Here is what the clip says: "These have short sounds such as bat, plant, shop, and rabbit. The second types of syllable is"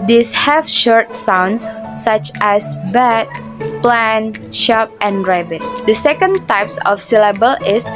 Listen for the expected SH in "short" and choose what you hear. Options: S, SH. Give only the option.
SH